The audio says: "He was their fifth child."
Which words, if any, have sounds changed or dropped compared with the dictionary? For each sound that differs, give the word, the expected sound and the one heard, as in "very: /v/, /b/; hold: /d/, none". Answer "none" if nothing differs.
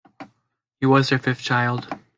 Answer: fifth: /θ/, /f/